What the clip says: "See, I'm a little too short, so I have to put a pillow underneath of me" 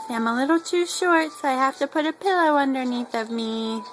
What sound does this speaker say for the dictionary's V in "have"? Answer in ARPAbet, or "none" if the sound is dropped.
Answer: F